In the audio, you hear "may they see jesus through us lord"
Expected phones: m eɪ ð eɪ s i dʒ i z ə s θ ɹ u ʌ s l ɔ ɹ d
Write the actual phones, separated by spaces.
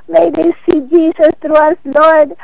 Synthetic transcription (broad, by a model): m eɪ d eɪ s i dʒ i s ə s t ɹ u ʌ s l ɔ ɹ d